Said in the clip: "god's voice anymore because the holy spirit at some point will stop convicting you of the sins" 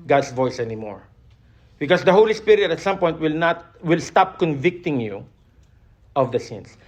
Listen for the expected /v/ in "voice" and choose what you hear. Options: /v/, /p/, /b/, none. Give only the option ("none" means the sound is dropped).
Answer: /v/